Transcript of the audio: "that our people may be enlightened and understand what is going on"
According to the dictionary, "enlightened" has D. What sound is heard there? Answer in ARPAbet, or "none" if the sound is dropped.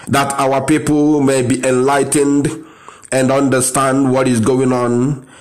D